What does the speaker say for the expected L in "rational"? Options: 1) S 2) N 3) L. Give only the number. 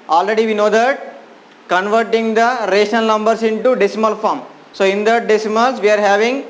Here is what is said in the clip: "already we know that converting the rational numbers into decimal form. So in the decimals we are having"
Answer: 2